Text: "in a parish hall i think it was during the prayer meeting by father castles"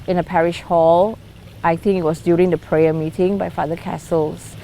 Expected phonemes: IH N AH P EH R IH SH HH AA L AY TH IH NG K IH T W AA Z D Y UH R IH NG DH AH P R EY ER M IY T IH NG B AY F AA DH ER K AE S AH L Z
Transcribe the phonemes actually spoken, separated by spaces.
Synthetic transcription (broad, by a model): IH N AH P EH R IH SH HH AA L AY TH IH NG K IH T W AA S D Y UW R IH NG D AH P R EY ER M IY T IH NG B AY F AA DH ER K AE S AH L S